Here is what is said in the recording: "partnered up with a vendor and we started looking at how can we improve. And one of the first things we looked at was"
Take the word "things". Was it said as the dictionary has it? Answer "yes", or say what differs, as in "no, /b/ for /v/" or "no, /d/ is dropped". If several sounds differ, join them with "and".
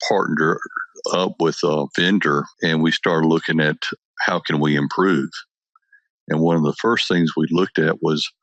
yes